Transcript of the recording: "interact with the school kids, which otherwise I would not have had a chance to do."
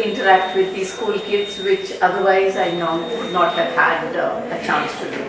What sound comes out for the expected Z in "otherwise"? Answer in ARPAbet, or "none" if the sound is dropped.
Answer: Z